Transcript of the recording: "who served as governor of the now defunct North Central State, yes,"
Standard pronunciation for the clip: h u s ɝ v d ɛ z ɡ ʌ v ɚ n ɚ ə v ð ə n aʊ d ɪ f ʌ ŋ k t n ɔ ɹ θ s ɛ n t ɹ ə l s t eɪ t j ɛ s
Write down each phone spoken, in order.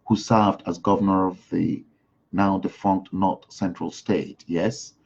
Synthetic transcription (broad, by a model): h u s ɝ v d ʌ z ɡ ʌ v ɚ n ɚ ə v ð ə n aʊ d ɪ f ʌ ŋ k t n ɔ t s ɛ n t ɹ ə l s t eɪ t j ɛ s